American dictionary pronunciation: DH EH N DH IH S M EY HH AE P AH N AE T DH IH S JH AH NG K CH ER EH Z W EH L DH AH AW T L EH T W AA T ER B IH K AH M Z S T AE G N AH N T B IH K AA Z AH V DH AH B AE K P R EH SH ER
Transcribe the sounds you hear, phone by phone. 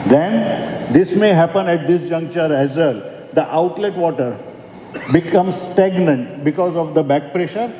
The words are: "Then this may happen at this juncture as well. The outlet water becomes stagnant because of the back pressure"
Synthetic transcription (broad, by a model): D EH N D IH S M EY HH AE P AH N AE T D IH S JH AH NG K CH ER EH Z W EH L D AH AW T L EH T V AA T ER B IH K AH M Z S T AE G N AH N T B IH K AA Z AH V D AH B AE K P R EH SH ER